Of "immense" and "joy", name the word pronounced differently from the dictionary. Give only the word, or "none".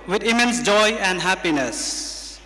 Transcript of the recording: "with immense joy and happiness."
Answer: none